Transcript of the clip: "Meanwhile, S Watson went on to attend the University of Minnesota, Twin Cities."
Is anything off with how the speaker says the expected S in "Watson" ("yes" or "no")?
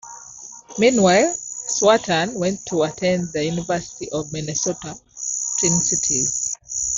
yes